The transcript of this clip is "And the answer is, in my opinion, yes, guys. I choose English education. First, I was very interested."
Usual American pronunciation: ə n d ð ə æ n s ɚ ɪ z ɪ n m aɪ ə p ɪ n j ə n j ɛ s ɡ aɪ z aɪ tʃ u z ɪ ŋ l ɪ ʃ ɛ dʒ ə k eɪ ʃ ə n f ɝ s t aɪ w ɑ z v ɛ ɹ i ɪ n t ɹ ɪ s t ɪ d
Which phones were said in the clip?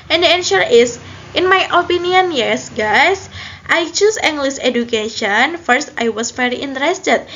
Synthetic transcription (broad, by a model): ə n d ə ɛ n ʃ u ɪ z ɪ n m aɪ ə p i n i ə n j ɛ s ɡ aɪ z aɪ tʃ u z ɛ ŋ l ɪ s ɛ dʒ ə k eɪ ʃ ə n f ɝ s t aɪ w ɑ s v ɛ ɹ i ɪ n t ɹ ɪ s t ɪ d